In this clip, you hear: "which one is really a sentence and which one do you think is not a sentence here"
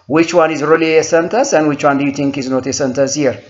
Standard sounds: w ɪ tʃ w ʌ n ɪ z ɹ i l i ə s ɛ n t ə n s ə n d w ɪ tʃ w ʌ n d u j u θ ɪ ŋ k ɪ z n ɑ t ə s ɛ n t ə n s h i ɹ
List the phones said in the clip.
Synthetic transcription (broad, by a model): w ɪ tʃ w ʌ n ɪ z ɹ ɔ l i ə s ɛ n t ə s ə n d w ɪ tʃ w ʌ n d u j u t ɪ ŋ k ɪ z n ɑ t ə s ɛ n t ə s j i ɹ